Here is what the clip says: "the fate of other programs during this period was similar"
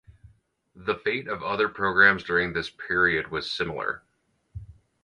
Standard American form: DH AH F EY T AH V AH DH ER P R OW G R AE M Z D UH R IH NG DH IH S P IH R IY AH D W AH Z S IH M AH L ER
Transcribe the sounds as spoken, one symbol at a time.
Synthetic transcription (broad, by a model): DH AH F EY T AH V AH DH ER P R OW G R AE M Z D UH R IH NG DH IH S P IH R IY AH D W AH Z S IH M L ER